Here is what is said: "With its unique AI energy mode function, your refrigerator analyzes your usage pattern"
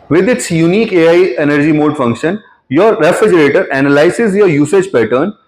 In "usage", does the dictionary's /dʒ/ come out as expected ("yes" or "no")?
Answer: yes